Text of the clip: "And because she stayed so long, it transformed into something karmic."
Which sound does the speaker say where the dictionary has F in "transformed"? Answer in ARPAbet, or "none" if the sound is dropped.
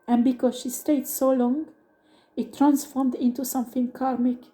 F